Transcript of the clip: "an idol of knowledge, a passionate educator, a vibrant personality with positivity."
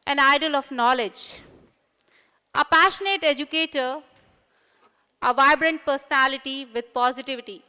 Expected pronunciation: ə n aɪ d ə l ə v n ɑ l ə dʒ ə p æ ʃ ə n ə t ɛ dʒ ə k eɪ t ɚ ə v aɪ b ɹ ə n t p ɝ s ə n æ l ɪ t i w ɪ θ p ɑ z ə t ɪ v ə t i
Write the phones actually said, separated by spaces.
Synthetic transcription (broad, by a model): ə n aɪ d ə l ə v n ɑ l ə dʒ ə p æ ʃ ə n ə t ɛ dʒ ə k eɪ t ɚ ə v aɪ b ɹ ə n t p ɝ s ə n æ l ɪ t i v ɪ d p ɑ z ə t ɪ v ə t i